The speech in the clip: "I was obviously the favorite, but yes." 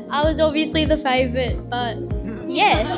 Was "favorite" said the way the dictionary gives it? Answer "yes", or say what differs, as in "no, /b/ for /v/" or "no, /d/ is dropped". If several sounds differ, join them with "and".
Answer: yes